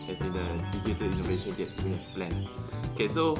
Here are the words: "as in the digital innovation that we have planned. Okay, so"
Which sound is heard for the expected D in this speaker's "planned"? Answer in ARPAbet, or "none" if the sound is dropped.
none